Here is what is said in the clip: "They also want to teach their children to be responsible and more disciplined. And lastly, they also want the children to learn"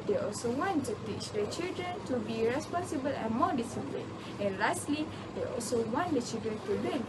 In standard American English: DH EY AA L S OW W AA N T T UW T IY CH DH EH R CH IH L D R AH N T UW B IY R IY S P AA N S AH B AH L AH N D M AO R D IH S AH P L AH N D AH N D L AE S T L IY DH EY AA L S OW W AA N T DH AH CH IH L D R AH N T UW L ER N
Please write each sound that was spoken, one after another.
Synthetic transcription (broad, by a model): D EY AA L S OW W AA N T T UW T IY CH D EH CH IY L D R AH N T UW B IY R IY S P AA N S AH B AH L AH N M AO D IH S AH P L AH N AH N L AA S T L IY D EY AA L S OW W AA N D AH CH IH L D R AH N T UW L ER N